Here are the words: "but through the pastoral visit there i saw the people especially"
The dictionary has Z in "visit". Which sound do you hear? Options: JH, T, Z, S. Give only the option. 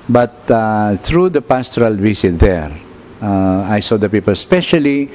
S